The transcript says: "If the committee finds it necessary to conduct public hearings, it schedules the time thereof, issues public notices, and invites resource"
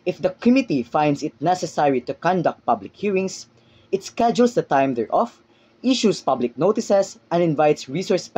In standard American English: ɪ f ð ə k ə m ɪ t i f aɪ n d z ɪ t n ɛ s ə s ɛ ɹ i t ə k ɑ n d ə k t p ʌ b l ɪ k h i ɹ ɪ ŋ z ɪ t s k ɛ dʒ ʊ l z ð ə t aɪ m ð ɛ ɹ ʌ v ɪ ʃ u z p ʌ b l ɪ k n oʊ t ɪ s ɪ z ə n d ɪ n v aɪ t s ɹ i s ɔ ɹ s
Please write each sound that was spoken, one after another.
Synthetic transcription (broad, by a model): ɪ f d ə k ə m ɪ t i f aɪ n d s ɪ t n ɛ s ə s ɛ ɹ i t ə k ɑ n d ə k t p ʌ b l ɪ k h i ɹ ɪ ŋ s ɪ t s k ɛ dʒ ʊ l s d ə t aɪ m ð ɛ ɹ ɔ f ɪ ʃ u s p ʌ b l ɪ k n oʊ t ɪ s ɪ s ə n d ɪ n v aɪ t s ɹ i s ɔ ɹ s